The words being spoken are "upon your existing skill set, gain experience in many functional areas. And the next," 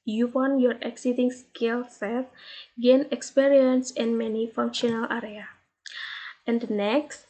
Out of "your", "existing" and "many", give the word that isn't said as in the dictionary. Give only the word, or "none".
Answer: existing